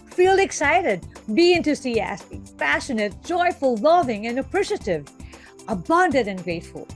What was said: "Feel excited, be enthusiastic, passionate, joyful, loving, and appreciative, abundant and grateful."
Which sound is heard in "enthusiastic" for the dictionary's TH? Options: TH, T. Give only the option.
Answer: T